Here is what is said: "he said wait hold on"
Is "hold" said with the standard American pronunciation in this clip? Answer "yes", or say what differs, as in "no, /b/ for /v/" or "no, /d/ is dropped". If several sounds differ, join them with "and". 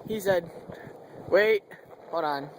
no, /l/ is dropped